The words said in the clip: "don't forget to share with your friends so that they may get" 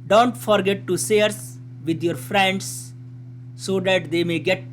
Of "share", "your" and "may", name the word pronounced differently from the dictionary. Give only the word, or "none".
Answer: share